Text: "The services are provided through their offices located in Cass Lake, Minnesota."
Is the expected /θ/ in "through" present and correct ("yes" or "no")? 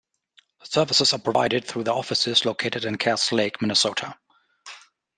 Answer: yes